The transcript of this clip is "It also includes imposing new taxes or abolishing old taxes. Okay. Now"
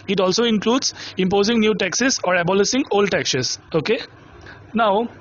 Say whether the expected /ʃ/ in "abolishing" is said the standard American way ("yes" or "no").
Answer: no